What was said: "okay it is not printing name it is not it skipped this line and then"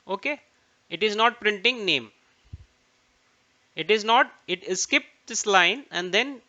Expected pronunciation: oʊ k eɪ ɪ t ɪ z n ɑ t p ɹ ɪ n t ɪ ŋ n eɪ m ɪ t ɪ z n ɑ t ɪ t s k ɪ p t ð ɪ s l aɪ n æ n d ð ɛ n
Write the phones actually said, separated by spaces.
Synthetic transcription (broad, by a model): oʊ k eɪ ɪ t ɪ z n ɑ t p ɹ ɪ n t ɪ ŋ n eɪ m ɪ t ɪ z n ɑ t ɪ t s k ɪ p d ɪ s l aɪ n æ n d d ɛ n